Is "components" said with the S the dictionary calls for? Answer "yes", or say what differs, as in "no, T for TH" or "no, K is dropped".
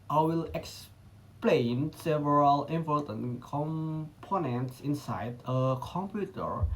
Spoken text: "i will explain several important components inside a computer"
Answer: yes